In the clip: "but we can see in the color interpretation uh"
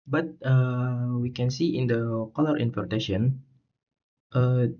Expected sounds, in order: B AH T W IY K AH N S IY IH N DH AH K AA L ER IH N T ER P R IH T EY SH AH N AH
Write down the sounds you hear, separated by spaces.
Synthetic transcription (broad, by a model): B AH T W IY K AH N S IY IH N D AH K AA L ER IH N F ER R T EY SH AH N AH